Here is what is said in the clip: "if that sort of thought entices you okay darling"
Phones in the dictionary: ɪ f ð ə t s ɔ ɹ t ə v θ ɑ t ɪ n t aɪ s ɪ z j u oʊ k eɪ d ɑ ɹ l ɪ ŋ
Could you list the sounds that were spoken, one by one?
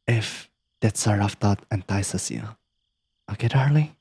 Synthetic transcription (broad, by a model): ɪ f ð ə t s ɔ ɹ ə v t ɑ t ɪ n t aɪ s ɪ s j u oʊ k eɪ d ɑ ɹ l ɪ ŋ